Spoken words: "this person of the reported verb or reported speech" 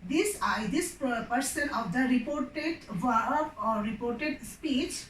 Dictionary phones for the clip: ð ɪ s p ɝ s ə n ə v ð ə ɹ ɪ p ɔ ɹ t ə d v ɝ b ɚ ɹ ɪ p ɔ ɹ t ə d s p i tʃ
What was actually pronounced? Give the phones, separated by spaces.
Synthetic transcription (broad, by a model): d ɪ s p ɝ s ə n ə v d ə ɹ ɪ p ɔ ɹ t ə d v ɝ ɚ ɹ ɪ p ɔ ɹ t ə d s p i tʃ